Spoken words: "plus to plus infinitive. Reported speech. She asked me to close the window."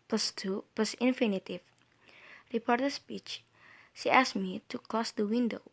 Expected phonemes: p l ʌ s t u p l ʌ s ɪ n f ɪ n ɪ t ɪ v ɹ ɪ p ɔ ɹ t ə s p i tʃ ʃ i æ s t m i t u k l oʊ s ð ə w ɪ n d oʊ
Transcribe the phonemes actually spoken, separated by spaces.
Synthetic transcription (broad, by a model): p l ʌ s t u p l ʌ s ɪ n f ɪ n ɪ t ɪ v ɹ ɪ p ɔ ɹ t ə s p i tʃ ʃ i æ s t m i t u k l oʊ s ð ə w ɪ n d oʊ